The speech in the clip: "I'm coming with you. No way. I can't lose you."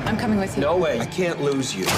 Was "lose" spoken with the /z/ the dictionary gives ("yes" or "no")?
yes